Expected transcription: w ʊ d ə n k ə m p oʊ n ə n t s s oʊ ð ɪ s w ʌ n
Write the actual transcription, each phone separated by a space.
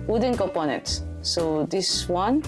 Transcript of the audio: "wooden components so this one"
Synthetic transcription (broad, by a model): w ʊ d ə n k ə p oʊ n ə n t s s oʊ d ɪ s w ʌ n